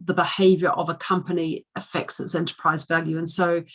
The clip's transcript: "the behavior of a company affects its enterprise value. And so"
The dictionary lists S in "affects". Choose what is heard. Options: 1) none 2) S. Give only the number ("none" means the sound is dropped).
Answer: 2